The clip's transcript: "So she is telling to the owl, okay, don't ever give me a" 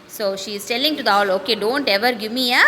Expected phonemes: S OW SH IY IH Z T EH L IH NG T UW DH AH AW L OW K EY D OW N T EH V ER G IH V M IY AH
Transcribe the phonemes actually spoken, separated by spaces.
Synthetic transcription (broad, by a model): S OW SH IY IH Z T EH L IH NG T UW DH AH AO L OW K EY D OW N T EH V ER G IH M IY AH